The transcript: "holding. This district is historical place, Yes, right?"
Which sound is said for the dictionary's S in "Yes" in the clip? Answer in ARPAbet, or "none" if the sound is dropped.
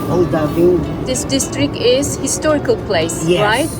none